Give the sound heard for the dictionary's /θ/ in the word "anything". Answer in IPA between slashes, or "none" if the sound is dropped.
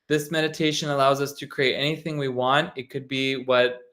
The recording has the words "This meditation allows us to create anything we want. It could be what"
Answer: /θ/